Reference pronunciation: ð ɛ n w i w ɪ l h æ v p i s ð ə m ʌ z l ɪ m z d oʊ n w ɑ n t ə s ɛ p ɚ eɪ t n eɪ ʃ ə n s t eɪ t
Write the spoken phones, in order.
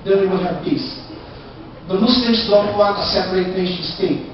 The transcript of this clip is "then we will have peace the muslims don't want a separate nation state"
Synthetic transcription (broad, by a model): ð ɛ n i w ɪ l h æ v p i s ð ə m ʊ s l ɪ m s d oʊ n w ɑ t ə s ɛ p ɚ eɪ t n eɪ ʃ ə n s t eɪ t